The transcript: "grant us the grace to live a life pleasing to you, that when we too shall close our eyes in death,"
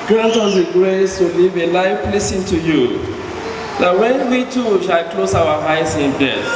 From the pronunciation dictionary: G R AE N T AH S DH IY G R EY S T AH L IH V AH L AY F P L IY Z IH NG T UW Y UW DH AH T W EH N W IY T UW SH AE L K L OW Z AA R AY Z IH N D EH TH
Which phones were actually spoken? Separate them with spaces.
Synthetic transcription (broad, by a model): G R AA N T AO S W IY G R EY S T AH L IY V AH L AY F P L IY S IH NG T UW Y UW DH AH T W EH N W IY T UW SH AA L K L OW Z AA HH AY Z IH N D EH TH